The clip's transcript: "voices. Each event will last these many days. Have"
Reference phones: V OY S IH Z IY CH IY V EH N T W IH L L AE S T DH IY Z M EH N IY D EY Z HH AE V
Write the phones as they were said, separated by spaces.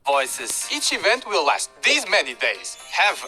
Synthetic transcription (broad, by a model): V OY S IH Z IY CH IY V EH N T W IH L L AE S T DH IY Z M EH N IY D EY Z HH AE V